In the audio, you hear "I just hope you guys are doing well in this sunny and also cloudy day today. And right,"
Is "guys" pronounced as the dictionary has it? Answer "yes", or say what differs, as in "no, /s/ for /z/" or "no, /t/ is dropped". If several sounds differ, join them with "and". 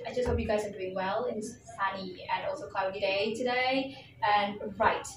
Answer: yes